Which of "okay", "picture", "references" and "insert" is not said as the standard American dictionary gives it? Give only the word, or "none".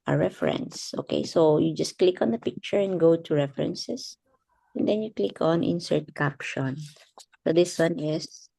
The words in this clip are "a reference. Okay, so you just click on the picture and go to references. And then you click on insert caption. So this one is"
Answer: references